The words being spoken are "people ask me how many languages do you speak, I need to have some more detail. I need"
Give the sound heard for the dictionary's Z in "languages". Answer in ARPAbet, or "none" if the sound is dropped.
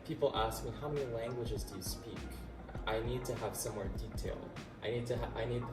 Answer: Z